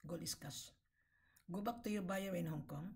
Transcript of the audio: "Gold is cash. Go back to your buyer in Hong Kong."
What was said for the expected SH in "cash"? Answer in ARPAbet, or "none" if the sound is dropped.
S